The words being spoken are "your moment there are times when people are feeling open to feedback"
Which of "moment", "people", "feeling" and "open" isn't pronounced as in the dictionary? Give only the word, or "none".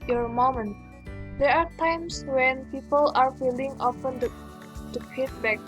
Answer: open